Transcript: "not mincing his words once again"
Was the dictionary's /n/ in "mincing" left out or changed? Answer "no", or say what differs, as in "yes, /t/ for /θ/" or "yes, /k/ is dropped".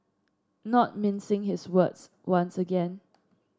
no